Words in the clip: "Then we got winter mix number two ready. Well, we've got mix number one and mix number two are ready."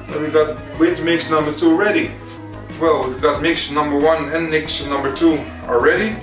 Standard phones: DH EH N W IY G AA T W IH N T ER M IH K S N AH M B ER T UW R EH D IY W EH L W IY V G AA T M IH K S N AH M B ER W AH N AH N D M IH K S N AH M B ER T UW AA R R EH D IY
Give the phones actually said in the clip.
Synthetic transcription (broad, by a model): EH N W IY G AA T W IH T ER M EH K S N AH M B ER T UW R EH D IY W EH L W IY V G AA T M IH K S N AH M B ER W AH N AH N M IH K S N AH M B ER T UW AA L R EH D IY